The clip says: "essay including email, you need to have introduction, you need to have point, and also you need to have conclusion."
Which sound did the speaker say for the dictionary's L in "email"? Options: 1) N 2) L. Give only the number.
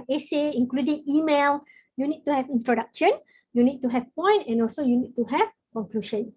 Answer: 2